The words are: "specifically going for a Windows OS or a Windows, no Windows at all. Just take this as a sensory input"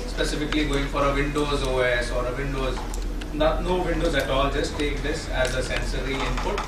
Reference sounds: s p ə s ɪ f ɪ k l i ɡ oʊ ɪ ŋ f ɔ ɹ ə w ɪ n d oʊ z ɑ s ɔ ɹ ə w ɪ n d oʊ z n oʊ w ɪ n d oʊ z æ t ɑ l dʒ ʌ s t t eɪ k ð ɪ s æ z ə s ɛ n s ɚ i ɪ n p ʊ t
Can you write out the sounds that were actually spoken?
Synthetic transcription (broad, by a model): s p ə s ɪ f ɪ k l i ɡ oʊ ɪ ŋ f ɔ ɹ ə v ɪ n d oʊ z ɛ s ɔ ɹ ə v ɪ n d oʊ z n oʊ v ɪ n d oʊ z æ t ɑ l dʒ ʌ s t t eɪ k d ɪ s æ z ə s ɛ n s ɚ i ɪ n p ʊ t